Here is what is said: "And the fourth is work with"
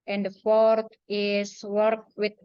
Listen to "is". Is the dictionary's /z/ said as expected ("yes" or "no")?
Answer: no